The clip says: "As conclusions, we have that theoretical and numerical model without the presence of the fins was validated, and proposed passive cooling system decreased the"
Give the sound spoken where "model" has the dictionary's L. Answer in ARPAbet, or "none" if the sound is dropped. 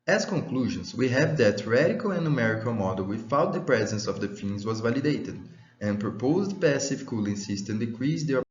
L